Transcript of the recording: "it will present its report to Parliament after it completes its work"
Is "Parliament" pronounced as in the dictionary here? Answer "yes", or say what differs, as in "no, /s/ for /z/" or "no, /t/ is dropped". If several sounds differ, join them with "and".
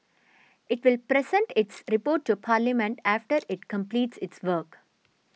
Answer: yes